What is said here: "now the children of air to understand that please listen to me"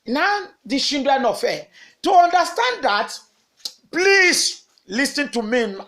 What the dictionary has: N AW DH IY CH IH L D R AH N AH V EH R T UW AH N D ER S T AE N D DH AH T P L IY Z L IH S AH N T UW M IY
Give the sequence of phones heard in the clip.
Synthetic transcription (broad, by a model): N AW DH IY SH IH N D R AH N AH F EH T UW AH N D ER S T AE N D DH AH T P L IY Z L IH S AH N T UW M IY